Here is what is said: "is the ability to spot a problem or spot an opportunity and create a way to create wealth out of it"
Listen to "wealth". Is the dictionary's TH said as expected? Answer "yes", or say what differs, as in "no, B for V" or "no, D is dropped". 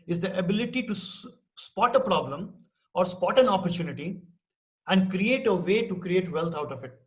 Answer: no, T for TH